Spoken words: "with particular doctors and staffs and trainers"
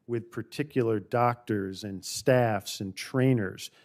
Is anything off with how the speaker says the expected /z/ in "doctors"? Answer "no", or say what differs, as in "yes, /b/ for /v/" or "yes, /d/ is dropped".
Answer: no